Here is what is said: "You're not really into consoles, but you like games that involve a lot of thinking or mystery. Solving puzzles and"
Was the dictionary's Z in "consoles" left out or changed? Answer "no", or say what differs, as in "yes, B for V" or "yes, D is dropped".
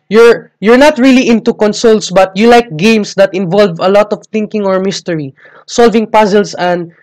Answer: yes, S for Z